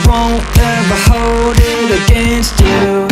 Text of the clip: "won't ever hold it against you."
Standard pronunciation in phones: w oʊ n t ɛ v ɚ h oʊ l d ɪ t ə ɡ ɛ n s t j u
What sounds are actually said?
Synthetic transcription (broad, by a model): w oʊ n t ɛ b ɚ h oʊ l d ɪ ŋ ə ɡ ɛ n s t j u